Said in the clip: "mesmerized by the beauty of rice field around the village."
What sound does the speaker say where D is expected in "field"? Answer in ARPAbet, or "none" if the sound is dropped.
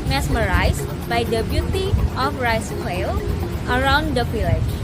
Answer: none